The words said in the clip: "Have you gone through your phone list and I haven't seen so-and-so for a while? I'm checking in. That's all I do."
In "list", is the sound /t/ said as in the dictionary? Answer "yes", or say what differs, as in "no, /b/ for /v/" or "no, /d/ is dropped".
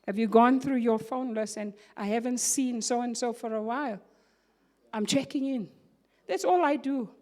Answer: no, /t/ is dropped